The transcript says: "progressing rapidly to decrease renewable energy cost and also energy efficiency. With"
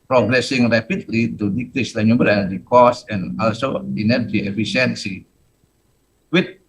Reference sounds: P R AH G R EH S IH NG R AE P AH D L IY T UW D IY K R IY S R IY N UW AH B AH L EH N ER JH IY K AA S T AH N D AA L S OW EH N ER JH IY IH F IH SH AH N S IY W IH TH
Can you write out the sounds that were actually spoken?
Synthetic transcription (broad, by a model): P R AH G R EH S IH NG R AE P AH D L IY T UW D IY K L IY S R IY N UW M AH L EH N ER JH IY K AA S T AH N AA L S OW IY N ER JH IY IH F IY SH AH N S IY W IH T